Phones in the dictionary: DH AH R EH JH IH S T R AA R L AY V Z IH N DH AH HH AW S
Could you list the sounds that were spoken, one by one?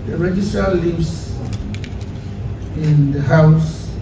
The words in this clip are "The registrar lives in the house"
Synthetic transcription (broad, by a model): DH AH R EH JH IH S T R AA L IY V S IH N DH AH HH AW S